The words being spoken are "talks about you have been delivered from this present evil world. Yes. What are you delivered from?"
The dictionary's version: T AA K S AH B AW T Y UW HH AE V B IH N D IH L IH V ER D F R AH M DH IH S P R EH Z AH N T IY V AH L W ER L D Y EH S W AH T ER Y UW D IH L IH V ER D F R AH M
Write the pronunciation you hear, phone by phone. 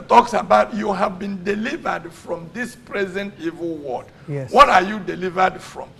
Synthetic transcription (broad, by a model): T AA K S AH B AW T Y UW HH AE V B IH N D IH L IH V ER D F R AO M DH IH S P R EH Z AH N T IY V AH L W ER D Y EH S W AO T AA Y UW D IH L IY V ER D F R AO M